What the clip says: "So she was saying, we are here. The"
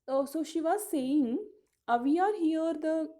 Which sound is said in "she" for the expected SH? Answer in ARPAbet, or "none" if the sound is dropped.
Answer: SH